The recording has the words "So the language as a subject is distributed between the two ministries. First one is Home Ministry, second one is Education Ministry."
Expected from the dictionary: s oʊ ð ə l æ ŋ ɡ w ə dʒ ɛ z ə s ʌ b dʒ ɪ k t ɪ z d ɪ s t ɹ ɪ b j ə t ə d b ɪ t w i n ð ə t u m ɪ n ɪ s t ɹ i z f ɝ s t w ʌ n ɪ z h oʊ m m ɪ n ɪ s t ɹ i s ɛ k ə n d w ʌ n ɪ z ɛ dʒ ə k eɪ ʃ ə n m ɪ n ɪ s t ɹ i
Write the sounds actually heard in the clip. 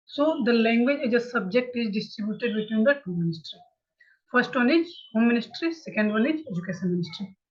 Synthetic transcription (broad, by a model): s oʊ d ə l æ ŋ ɡ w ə dʒ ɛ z ə s ʌ b dʒ ɪ k t ɪ z d ɪ s t ɹ ɪ b j ə t ə d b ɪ t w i n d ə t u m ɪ n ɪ s t ɹ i f ɝ s t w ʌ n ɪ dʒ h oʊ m m ɪ n ɪ s t ɹ i s ɛ k ə n d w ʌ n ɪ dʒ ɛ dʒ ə k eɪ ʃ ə n m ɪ n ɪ s t ɹ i